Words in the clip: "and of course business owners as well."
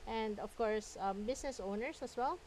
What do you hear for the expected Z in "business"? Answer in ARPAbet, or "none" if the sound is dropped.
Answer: S